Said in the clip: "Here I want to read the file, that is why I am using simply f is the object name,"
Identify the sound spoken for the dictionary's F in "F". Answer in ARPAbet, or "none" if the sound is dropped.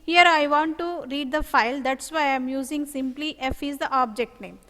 F